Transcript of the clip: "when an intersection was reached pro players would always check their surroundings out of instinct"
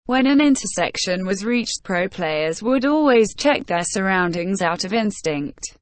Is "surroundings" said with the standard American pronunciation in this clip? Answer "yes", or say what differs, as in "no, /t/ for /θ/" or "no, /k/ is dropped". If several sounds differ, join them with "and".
yes